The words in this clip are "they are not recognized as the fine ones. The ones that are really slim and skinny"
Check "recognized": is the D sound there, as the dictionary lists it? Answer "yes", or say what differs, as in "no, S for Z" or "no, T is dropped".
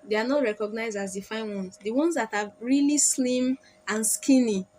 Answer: yes